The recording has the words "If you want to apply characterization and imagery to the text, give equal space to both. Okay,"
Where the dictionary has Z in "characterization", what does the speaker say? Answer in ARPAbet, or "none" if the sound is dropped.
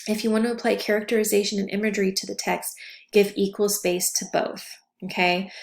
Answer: Z